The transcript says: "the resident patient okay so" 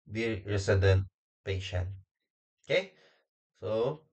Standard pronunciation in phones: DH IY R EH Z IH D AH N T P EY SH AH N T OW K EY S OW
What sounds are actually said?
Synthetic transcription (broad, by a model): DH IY R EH S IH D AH N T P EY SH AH N OW K EY S OW